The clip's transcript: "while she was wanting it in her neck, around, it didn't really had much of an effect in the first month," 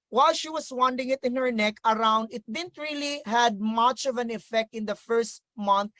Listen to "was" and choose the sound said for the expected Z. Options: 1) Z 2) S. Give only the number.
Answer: 2